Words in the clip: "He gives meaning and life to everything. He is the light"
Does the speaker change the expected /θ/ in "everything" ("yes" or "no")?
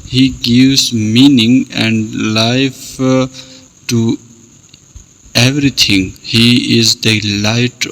yes